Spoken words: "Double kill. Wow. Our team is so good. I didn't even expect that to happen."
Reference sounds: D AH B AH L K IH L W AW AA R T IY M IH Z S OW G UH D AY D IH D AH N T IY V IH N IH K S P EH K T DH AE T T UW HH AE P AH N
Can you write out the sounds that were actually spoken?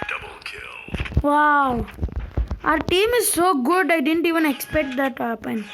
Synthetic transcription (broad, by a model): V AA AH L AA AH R T IY M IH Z S OW G UH D AY D IH D AH N T IY V IH N IH K S P EH K T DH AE T T UW HH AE P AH N